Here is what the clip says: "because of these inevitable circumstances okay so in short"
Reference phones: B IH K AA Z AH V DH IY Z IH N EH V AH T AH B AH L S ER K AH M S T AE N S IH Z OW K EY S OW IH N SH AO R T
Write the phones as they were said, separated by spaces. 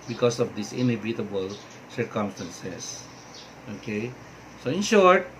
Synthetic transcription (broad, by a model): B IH K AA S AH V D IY S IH N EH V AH T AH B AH L S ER K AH M S T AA N S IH S OW K EY S OW IH N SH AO R T